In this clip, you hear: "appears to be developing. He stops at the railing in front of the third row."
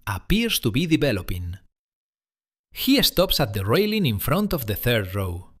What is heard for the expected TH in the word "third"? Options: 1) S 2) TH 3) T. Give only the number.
2